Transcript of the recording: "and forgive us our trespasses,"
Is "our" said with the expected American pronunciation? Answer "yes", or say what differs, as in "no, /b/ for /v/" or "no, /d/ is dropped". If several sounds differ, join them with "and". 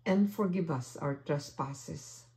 no, /w/ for /ɹ/